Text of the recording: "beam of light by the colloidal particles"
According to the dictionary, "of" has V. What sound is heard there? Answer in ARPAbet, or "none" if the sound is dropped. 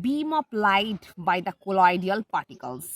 P